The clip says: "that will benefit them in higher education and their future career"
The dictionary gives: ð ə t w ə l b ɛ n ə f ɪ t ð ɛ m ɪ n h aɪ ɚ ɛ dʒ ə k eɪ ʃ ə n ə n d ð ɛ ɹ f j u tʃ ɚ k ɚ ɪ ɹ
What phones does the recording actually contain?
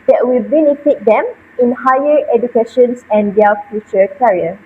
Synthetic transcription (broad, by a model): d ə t w ə l b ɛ n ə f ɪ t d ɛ m ɪ n h aɪ ɚ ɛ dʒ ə k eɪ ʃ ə n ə n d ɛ l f j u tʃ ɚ k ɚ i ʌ